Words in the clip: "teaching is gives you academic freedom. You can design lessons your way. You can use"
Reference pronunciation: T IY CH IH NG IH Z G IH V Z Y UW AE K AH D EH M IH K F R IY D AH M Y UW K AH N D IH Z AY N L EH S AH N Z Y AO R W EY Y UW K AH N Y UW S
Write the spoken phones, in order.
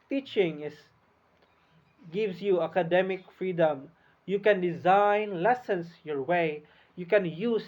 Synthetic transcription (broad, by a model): T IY CH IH NG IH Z G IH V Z Y UW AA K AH D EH M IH K F R IY D AH M Y UW K AH N D IH Z AY N L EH S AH N S Y AO R W EY Y UW K AH N Y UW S